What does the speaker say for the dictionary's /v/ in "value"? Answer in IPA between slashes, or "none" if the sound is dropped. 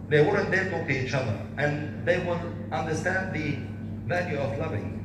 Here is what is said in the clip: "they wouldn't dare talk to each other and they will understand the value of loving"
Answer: /v/